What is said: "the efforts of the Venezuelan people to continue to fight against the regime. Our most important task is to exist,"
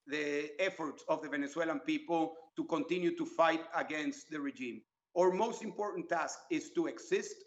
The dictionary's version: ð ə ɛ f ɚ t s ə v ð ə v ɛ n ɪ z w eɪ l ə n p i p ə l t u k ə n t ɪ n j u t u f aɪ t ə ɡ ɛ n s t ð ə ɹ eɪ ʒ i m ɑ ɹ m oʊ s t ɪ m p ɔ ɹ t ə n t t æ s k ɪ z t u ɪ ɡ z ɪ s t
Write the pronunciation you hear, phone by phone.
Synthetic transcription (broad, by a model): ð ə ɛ f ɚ t s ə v ð ə v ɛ n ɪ s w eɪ l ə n p i p ə l t u k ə n t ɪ n j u t u f aɪ t ə ɡ ɛ n s t ð ə ɹ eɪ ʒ i m ɑ ɹ m oʊ s t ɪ m p ɔ ɹ t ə n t t æ s k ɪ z t u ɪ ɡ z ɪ s t